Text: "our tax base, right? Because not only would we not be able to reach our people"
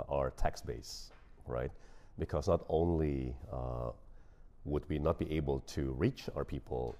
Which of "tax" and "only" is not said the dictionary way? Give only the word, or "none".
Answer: none